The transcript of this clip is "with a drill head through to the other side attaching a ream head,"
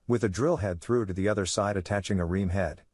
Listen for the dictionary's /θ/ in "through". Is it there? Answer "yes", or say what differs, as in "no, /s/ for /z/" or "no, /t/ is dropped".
yes